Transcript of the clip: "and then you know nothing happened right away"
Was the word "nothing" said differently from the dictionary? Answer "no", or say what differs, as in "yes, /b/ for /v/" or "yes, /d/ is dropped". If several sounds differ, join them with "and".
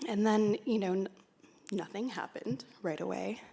no